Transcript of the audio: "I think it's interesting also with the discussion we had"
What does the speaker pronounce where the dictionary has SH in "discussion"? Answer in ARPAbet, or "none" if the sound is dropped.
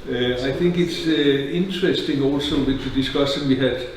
S